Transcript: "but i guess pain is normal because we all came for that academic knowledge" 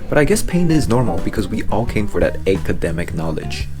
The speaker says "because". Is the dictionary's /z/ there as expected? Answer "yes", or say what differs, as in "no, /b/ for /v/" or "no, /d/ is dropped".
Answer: yes